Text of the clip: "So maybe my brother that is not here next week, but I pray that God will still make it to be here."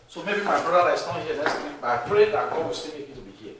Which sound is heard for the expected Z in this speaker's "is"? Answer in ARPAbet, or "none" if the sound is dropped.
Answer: S